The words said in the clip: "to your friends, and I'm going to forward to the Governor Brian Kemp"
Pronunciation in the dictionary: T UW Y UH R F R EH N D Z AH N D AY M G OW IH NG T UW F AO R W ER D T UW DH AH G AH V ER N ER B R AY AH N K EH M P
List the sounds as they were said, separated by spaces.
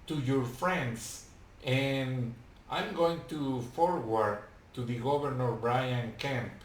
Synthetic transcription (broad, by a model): T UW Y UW R F R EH N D S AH N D AY M G OW IH NG T UW F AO R W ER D T UW DH AH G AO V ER N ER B R AY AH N K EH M